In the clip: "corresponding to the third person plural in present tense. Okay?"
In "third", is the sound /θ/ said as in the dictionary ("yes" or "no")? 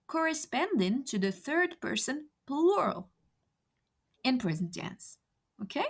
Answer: yes